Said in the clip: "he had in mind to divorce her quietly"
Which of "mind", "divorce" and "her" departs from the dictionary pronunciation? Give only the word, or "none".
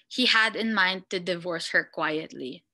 none